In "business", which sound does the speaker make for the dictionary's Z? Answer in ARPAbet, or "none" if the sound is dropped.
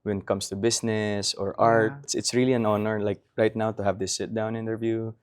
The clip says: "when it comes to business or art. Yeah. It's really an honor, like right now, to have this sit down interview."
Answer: S